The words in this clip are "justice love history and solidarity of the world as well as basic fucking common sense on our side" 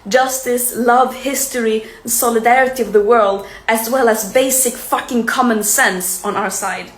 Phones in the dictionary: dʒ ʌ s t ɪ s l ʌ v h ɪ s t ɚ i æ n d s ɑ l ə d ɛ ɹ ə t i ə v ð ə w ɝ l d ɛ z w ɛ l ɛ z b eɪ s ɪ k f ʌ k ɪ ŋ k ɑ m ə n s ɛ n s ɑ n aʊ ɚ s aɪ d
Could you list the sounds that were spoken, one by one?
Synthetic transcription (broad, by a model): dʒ ʌ s t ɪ s l ʌ v h ɪ s t ɚ i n s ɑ l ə d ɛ ɹ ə t i ə v ð ə w ɝ l d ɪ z w ɛ l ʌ z b eɪ s ɪ k f ʌ k ɪ ŋ k ɑ m ə n s ɛ n s n aʊ ɚ s aɪ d